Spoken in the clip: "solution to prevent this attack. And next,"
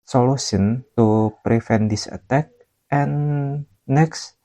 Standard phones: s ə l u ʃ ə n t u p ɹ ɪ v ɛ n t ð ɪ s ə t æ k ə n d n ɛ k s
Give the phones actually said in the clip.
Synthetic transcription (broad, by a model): s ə l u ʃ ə n t u p ɹ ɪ f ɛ n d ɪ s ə t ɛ k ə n n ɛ k s